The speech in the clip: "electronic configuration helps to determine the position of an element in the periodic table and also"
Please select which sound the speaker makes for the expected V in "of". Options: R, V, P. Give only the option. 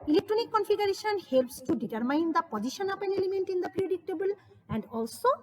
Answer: P